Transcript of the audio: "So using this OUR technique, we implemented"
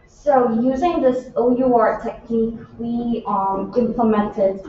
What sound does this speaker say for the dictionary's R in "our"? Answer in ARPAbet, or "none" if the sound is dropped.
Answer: R